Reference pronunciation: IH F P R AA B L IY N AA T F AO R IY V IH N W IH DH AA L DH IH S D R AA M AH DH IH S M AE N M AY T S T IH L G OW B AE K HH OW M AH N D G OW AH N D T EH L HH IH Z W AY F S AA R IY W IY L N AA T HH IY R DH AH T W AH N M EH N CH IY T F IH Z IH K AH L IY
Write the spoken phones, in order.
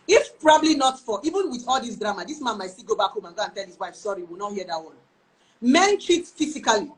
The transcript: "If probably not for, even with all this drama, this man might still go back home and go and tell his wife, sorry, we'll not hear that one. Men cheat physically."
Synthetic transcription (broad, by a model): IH F P R AA B L IY N AA T F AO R IY V IH N W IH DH AA L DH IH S D R AA M AH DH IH S M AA N M AY T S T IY G OW B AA K HH OW M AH N G OW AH N T EH L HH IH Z W AY F S AA R IY W IY L N AA T HH IY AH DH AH T W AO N M EH N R IY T F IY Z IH K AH L IY